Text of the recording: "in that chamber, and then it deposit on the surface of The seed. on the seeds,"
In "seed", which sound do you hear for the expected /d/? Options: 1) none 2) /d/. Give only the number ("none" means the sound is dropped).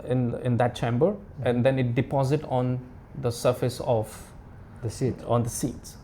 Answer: 1